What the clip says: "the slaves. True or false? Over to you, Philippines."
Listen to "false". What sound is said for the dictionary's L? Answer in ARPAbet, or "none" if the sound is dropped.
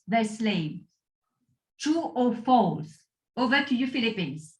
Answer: none